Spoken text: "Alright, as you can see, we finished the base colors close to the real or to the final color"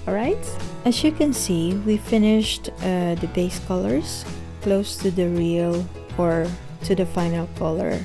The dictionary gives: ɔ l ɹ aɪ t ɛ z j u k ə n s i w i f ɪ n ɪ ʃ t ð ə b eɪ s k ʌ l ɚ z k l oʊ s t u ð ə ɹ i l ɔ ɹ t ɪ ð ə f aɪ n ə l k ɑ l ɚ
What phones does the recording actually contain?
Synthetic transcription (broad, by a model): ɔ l ɹ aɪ t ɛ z j u k ə n s i w i f ɪ n ɪ ʃ t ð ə b eɪ s k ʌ l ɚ s k l oʊ s t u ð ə ɹ i l ɔ ɹ t ɪ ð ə f aɪ n ə l k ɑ l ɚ